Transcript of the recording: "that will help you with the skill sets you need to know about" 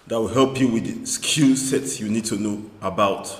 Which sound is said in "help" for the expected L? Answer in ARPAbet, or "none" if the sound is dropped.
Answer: L